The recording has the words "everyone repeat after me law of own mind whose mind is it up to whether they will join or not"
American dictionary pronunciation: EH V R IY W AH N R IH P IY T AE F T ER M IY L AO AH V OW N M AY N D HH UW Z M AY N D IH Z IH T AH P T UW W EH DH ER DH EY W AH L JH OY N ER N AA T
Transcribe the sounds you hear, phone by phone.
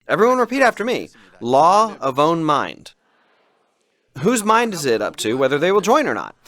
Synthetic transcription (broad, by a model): EH V R IY W AH N R IH P IY T AE F T ER M IY L AO AH V OW N M AY N D HH UW Z M AY N D IH Z IH T AH P T UW W EH DH ER DH EY W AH L JH OY N ER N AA T